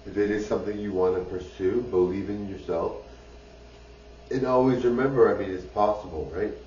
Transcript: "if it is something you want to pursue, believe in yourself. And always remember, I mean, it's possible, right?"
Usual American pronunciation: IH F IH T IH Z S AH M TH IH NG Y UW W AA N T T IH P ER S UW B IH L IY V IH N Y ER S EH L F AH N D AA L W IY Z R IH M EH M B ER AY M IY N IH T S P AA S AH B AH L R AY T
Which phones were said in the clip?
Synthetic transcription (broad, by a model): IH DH IH T IH Z S AH M TH IH NG Y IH W AA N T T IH P ER S UW B IH L IY V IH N Y ER S EH L F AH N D AA L W IY Z R IH M EH M B ER AY M IY N IH T S P AA S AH B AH L R AY T